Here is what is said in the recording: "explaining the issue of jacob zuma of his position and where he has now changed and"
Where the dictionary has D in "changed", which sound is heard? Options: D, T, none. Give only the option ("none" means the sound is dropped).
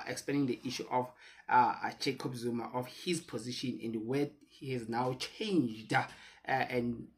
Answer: D